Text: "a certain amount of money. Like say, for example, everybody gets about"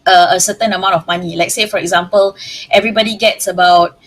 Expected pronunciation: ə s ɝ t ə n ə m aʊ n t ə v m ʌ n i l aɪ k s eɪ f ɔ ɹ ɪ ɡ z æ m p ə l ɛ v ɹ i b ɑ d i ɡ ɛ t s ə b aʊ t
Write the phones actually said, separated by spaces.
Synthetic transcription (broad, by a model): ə s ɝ t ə n ə m aʊ n t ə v m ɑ n i l aɪ k s eɪ f ɔ ɹ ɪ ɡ z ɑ m p ə l ɛ v ɹ i b ɑ d i ɡ ɛ t s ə b aʊ t